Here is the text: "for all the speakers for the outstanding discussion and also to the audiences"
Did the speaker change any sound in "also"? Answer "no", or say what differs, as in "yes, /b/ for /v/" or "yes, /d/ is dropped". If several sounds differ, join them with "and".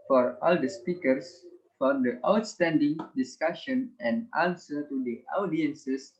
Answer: yes, /n/ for /l/